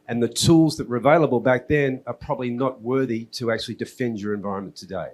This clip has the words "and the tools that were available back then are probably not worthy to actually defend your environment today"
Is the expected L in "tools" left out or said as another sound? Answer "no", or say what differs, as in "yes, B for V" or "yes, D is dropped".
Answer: no